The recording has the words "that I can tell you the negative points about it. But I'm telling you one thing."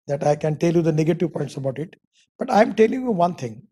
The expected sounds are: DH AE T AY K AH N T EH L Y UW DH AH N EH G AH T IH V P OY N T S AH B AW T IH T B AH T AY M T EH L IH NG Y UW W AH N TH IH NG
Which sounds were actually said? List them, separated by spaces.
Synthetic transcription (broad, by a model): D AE T AY K AH N T EH L Y UW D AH N EH G AH T IH V P OY N T S AH B AW T IH T B AH T AY M T EH L IH NG Y UW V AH N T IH NG